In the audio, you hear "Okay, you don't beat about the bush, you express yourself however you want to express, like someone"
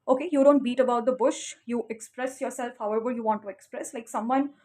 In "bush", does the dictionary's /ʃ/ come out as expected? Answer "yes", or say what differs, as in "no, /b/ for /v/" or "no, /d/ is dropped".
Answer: yes